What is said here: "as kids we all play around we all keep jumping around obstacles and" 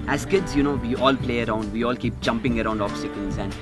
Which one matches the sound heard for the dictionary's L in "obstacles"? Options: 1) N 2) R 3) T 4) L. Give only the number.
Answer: 1